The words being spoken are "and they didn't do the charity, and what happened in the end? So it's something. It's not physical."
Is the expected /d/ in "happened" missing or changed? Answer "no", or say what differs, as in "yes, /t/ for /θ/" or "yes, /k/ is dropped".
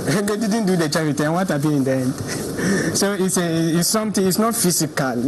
yes, /d/ is dropped